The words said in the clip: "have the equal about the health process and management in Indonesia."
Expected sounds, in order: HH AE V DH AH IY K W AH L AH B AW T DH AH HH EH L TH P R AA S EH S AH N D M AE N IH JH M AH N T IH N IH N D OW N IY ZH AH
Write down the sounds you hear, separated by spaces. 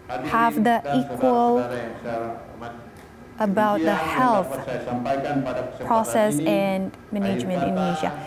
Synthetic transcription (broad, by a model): HH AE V DH AH IY K W AH L AH B AW T DH AH HH EH L TH P R AA S EH S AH N M AE N IH JH M AH N T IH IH N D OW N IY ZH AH